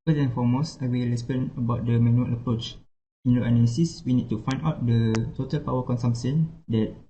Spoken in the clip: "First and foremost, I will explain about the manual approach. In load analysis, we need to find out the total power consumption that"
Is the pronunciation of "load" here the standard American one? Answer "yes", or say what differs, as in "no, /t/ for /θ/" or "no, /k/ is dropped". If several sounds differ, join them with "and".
no, /d/ is dropped